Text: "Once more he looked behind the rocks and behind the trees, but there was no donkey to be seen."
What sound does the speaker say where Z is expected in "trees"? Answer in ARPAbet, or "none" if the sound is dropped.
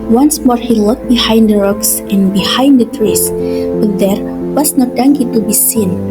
S